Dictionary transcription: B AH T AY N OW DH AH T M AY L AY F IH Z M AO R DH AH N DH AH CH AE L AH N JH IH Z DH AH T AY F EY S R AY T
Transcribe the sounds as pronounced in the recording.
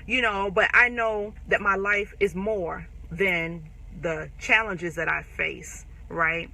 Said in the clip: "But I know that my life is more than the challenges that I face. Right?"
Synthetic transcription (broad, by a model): B AH T AY N OW DH AH T M AY L AY F IH Z M AO R DH AH N DH AH CH AE L AH N JH IH Z DH AH T AY F EY S R AY T